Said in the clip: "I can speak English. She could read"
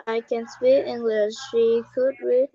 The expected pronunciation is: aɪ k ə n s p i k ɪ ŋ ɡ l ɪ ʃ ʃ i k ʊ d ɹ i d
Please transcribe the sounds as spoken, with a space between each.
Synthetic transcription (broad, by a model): aɪ k ə n s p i ɪ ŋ ɡ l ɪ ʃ ʃ i k ʊ d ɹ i